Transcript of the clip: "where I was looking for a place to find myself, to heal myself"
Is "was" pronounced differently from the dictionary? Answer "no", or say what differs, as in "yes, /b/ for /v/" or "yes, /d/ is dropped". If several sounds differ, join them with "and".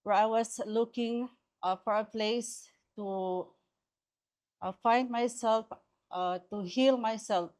yes, /s/ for /z/